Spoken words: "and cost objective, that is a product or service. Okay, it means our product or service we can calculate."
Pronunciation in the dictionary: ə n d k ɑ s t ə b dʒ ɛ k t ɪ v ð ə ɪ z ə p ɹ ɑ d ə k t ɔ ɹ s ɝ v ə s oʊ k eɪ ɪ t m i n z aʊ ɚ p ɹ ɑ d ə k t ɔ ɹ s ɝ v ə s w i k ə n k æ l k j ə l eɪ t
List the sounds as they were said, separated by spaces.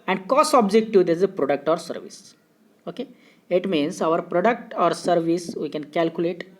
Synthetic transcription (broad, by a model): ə n d k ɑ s ə b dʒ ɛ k t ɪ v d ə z ə p ɹ ɑ d ə k t ɔ ɹ s ɝ v ə s oʊ k eɪ ɪ t m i n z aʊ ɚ p ɹ ɑ d ə k t ɔ ɹ s ɝ v ə s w i k ə n k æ l k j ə l eɪ t